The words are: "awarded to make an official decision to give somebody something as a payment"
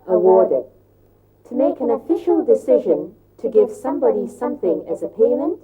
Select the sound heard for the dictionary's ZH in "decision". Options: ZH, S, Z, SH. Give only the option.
ZH